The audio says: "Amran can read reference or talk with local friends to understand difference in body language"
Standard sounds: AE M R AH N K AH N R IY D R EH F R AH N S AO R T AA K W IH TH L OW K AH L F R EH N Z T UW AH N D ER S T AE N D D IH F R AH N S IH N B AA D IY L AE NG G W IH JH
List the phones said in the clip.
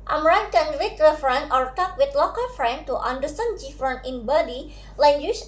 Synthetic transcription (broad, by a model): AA M R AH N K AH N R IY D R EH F R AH N AO R T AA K W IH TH L OW K AH L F R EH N T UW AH N D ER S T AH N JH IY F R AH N IH N B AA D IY L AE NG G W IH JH